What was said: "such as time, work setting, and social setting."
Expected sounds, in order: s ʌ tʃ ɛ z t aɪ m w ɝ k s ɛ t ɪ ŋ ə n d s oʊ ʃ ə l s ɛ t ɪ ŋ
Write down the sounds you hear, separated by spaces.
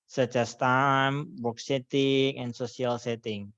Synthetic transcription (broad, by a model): s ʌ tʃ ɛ s t aɪ m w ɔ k s ɛ t ɪ ŋ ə n s oʊ s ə l s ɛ t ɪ ŋ